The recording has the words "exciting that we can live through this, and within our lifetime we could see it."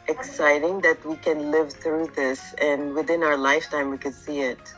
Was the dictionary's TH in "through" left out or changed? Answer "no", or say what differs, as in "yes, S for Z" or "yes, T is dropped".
no